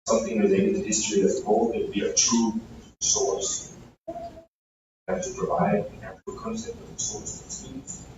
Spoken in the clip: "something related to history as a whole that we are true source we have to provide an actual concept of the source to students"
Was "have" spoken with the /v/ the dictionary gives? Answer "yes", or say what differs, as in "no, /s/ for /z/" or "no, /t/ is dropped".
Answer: no, /f/ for /v/